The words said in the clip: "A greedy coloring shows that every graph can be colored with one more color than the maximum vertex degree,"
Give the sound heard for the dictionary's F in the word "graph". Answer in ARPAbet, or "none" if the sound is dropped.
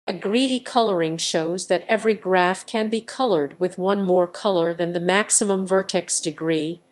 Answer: F